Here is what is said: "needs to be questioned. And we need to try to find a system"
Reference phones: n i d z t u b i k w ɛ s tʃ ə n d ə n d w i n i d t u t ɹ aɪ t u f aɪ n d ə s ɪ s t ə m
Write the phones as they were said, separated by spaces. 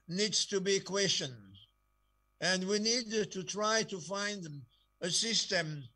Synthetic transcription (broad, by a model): n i d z t u b i k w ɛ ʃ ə n ə n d w i n i d t u t ɹ aɪ t u f aɪ n d ə s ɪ s t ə m